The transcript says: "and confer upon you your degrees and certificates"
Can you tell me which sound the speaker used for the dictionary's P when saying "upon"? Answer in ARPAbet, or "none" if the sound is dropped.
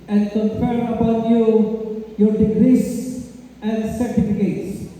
B